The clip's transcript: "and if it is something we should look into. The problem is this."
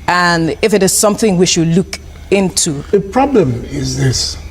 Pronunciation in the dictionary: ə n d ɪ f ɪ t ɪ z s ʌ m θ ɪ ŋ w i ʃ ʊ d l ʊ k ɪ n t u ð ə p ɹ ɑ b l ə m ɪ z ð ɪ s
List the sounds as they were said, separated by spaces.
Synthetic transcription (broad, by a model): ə n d ɪ f ɪ t ɪ z s ʌ m θ ɪ ŋ w i ʃ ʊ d l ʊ k ɪ n t u ð ə p ɹ ɑ b l ə m ɪ z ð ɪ s